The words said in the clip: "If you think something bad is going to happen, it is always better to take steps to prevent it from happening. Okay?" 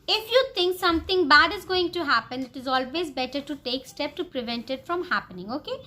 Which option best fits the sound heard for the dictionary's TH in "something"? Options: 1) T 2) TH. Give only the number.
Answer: 1